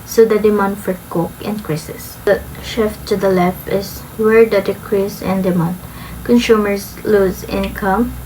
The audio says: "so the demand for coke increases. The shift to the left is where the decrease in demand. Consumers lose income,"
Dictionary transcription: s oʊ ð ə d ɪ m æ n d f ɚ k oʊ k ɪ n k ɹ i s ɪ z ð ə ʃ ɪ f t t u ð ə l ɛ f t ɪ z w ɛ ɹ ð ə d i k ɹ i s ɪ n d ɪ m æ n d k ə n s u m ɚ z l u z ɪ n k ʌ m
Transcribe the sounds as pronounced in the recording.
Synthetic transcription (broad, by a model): s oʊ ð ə d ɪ m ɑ n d f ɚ k oʊ k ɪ n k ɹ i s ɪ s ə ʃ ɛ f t t u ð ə l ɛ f ɪ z w ɛ ɹ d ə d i k ɹ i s ɪ n d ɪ m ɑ n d k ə n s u m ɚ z l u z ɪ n k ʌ m